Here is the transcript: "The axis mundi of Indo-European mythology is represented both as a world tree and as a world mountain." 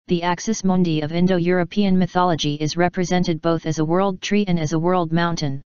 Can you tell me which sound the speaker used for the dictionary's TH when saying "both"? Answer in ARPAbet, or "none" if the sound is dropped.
TH